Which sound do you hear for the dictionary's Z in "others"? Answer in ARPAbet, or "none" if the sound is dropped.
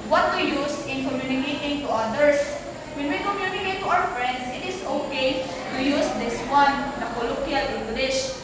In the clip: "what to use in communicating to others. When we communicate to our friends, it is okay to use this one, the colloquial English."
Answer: S